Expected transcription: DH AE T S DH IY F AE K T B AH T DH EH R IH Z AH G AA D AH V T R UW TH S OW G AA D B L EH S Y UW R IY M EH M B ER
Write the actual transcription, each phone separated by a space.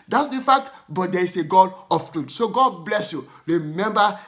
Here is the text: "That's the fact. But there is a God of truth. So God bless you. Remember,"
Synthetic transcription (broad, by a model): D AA T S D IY F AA K T B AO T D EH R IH S AH G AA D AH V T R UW T S OW G AA D B L EH S Y UW R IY M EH M B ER